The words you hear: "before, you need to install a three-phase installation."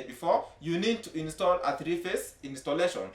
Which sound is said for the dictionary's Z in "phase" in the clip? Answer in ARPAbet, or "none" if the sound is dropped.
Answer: S